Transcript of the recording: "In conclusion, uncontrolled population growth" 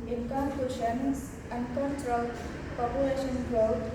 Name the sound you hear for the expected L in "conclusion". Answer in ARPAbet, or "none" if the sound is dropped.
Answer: none